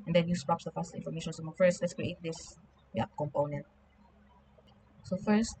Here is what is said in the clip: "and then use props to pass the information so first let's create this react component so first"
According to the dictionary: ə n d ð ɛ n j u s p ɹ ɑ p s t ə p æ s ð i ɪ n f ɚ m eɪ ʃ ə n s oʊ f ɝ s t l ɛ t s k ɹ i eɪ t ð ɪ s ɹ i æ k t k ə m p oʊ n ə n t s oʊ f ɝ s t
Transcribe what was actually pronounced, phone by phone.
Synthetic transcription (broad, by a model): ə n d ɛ n j u s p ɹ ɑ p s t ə f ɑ s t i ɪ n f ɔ m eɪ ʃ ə n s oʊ f ɝ s t l ɛ t s k ɹ i eɪ t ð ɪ s w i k k ə m p oʊ n ə n t s oʊ f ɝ s t